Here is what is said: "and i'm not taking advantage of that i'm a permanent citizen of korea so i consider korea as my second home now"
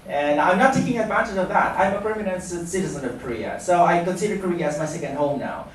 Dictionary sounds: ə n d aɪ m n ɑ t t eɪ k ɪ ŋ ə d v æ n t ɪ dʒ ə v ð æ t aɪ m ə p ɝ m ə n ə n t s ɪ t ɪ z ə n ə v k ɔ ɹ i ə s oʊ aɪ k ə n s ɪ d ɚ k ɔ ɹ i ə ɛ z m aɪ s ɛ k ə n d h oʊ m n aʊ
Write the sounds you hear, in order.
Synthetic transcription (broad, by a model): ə n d aɪ m n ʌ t t eɪ k ɪ ŋ ə d v æ n t ɪ dʒ ə v ð æ t aɪ m ə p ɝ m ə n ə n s s ɪ t ɪ z ə n ə v k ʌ ɹ i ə s oʊ aɪ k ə s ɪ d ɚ k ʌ ɹ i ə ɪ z m aɪ s ɛ k ə n d h oʊ m n aʊ